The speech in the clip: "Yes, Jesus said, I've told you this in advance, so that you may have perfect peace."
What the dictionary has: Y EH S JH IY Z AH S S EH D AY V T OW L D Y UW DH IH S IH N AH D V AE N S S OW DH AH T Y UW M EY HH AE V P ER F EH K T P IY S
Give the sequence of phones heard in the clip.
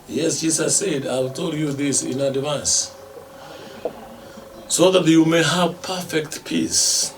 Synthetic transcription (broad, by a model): Y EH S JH IY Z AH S S EH D AY W T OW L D Y UW DH IH S IH N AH D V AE N S S OW DH AH T Y UW M EY HH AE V P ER F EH K T P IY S